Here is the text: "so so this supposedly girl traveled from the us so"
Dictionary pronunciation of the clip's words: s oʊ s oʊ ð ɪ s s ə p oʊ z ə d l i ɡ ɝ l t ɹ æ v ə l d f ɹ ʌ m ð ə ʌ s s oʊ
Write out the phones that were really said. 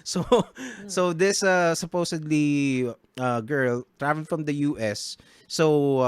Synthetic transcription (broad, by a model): s oʊ s oʊ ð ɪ s s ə p oʊ s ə d l i ɡ ɝ l t ɹ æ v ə l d f ɹ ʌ m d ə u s s oʊ